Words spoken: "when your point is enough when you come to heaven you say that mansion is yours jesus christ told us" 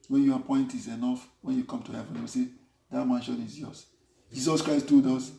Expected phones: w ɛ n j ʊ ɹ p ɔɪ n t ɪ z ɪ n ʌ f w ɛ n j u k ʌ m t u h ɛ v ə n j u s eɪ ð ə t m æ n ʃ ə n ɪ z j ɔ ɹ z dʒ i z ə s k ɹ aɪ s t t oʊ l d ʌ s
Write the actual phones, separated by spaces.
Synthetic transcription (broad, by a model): w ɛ n j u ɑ p ɔɪ n t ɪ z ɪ n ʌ f w ɛ n j u k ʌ m t u h ɛ v ə n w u s eɪ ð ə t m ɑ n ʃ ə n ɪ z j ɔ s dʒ i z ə s k ɹ aɪ s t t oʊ d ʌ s